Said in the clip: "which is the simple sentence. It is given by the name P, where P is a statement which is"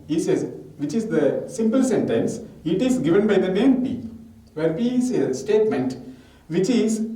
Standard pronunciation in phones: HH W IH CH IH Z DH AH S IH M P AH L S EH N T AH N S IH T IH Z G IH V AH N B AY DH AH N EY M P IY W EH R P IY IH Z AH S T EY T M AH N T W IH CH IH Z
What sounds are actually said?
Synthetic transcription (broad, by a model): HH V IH CH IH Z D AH S IH M P AH L S EH N T AH N S IH T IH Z G IH V AH N B AY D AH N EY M P IY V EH R P IY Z AH S T EY T M AH N T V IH CH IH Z